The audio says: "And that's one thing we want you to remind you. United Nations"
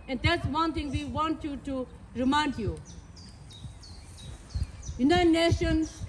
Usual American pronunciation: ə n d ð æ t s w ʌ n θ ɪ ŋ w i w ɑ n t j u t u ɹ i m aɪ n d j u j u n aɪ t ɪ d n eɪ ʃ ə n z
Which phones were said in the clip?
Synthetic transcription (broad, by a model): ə n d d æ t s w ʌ n t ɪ ŋ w i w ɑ n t j u t u ɹ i m aɪ n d j u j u n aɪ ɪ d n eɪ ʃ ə n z